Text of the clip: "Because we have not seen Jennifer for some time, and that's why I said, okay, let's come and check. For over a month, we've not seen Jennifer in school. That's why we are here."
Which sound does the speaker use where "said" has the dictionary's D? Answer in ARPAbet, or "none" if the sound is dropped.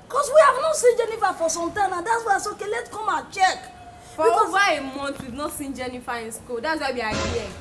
none